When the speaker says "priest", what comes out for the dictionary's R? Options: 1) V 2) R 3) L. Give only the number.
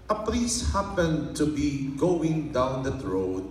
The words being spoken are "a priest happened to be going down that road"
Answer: 3